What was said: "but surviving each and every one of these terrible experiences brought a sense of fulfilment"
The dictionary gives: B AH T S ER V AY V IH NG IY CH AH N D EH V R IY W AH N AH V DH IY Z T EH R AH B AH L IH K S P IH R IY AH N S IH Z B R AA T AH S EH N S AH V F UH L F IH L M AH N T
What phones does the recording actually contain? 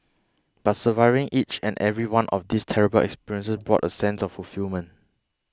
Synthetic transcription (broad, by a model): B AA T S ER V AY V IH NG IY CH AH N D EH V R IY W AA N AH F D IY S T EH R AH B AH L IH K S P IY R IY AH N S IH S B R AA T AH S EH N S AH F F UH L F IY L M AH N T